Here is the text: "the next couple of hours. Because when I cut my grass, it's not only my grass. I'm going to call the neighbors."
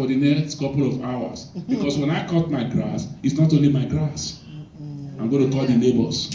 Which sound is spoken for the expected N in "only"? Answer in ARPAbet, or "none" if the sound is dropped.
none